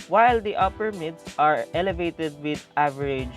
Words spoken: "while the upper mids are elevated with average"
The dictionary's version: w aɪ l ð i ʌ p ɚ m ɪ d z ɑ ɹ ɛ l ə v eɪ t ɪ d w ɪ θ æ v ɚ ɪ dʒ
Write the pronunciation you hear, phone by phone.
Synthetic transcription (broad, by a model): w aɪ l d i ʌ p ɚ m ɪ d s ɑ ɹ ɛ l ə v eɪ t ɪ d w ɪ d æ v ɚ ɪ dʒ